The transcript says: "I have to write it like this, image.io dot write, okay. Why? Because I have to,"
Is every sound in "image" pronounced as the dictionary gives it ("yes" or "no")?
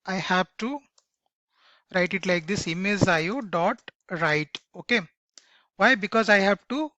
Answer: no